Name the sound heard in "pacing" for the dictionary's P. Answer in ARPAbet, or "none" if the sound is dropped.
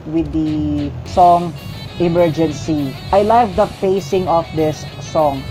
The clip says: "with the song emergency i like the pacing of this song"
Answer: F